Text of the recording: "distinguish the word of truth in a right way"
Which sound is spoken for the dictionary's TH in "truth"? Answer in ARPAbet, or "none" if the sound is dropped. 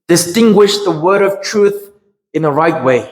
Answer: TH